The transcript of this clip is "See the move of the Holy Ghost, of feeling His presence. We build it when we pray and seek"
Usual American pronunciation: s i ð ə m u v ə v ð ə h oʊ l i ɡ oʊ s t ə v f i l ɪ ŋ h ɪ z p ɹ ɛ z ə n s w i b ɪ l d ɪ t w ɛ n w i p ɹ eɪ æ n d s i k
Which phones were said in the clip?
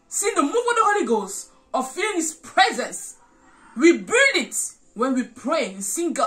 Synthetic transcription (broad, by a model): s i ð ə m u ə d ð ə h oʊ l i ɡ oʊ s ə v f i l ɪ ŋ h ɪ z p ɹ ɛ z ə n s w i b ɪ l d ɪ t w ɛ n w i p ɹ eɪ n s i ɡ